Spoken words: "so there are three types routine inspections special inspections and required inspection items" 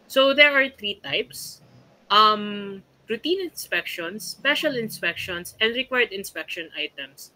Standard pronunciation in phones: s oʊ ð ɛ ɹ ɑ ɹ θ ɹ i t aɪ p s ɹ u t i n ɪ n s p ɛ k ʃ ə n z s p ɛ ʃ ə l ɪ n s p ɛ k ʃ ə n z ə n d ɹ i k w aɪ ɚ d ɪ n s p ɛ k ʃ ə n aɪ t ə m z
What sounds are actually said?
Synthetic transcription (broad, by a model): s oʊ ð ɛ ɹ ɑ ɹ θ ɹ i t aɪ p s ɹ u t i n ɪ n s p ɛ k ʃ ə n s p ɛ ʃ ə l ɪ n s p ɛ k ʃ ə n s ə n d ɹ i k w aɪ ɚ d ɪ n s p ɛ k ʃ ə n aɪ t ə m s